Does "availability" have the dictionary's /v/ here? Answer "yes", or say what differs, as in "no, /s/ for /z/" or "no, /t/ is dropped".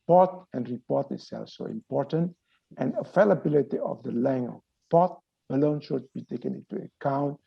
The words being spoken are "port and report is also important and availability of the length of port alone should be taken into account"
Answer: no, /f/ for /v/